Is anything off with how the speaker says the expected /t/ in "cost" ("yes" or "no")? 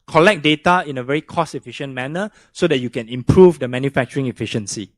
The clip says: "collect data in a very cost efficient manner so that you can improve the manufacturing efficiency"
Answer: yes